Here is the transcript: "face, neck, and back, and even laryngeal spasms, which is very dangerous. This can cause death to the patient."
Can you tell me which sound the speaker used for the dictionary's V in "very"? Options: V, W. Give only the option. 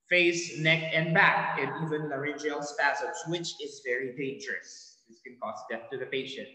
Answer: V